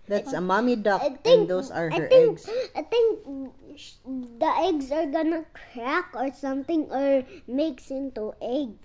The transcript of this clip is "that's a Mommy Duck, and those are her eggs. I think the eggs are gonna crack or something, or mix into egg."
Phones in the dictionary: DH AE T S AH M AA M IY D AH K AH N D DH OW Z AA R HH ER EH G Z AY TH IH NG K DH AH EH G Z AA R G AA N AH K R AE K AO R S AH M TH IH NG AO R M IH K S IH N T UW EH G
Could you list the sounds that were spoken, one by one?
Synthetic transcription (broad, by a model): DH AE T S AH M AA M IY D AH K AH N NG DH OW S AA R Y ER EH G S AY T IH NG K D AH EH G S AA R G AA N AH K R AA K AO R S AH M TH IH NG AO R M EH K S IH N T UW EH G